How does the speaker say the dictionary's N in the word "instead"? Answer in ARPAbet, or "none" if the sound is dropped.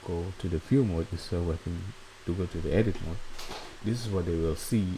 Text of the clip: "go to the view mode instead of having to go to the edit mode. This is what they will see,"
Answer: none